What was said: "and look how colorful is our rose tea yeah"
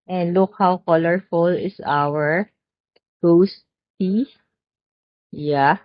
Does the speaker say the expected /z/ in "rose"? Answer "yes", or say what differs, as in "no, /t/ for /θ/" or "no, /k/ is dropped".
no, /s/ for /z/